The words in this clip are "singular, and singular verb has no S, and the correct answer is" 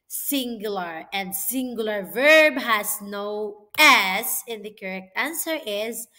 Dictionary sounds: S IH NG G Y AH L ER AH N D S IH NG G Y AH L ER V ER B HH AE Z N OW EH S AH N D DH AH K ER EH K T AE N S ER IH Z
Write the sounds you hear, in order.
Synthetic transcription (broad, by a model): S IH NG G Y L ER AH N D S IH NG G Y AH L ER V ER B HH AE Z N OW EH S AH N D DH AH K ER EH K T AE N S ER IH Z